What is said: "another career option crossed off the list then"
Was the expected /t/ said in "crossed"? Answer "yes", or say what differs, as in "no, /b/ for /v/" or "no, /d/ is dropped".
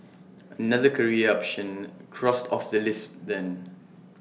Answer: yes